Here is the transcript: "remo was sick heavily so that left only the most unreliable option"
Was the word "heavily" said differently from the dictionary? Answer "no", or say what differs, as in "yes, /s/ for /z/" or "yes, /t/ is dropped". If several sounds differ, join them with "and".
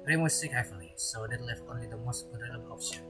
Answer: yes, /f/ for /v/